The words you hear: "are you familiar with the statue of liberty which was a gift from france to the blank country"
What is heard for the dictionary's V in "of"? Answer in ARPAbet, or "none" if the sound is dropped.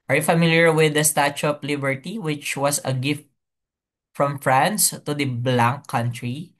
P